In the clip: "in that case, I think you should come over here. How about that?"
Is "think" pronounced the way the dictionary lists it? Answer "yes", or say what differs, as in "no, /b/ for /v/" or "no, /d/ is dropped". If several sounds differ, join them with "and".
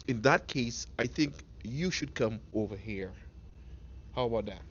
yes